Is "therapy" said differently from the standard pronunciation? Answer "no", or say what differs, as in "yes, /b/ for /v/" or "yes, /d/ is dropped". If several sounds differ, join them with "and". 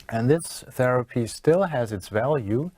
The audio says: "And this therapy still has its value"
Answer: no